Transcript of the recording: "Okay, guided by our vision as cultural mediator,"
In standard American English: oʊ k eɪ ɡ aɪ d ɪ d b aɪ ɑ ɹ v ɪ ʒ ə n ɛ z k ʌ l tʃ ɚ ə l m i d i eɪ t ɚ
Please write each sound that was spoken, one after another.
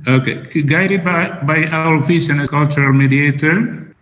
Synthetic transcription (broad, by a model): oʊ k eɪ ɡ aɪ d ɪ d b aɪ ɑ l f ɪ s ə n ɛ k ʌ l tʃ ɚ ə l m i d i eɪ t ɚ